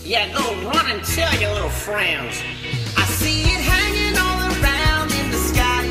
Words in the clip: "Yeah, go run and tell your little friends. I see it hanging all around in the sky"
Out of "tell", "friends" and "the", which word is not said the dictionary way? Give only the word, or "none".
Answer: none